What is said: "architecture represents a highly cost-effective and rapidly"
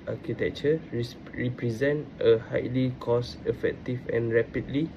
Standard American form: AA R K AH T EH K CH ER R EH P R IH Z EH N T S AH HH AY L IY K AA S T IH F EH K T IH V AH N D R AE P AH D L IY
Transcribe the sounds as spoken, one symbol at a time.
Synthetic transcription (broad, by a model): AA K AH T EH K CH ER R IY P R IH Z EH N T AH HH AY L IY K AA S IH F EH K T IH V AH N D R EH P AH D L IY